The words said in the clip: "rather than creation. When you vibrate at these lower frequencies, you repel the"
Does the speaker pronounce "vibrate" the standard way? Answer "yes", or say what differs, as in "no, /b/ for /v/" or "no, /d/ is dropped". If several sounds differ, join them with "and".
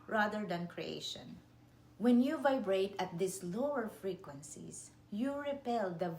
yes